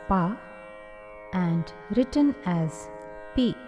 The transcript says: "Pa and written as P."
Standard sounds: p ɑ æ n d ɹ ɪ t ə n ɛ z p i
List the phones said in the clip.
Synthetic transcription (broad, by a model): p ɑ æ n d ɹ ɪ t ə n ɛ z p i